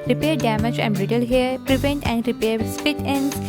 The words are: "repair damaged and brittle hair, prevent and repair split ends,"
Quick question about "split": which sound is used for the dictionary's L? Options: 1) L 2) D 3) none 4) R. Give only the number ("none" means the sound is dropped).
3